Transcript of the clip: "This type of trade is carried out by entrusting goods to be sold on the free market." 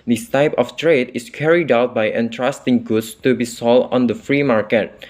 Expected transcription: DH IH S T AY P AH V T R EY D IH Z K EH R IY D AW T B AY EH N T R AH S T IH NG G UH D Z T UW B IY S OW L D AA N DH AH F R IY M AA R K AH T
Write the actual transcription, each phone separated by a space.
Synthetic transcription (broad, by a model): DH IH S T AY P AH F T R EY D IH S K EH R IY D AW T B AY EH N T R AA S T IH NG G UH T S T UW B IY S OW L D AA N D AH F R IY M AA R K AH T